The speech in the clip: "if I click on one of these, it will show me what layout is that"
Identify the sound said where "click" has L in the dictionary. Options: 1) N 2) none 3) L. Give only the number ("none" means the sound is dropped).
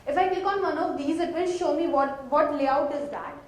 2